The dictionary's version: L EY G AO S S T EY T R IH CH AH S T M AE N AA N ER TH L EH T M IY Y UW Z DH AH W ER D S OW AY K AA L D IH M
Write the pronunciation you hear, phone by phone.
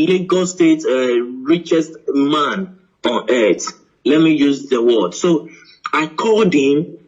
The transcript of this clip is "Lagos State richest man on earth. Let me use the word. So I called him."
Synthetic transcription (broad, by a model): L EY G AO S S T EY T R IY CH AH S T M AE N AA N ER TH L EH T M IY Y UW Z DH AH W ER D S OW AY K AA D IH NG